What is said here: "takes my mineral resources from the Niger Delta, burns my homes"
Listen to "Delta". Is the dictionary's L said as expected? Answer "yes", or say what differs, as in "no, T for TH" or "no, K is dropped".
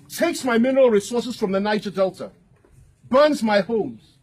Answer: yes